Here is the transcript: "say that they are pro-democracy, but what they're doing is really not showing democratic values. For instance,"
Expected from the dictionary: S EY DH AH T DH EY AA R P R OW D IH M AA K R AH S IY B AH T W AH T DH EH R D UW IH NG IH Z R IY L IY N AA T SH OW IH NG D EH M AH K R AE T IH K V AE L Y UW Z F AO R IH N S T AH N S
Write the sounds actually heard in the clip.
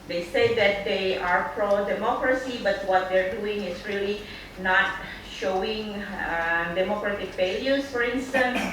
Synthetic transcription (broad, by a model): S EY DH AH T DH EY AA R P R OW D IH M AA K R AH S IY B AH T W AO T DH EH R D UW IH NG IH S R IY L IY N AA T SH OW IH NG D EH M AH K R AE T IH K F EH L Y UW S F AO R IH N S T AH N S